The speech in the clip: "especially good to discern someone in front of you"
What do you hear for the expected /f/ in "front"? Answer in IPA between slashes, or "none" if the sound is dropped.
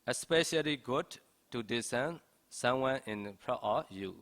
/p/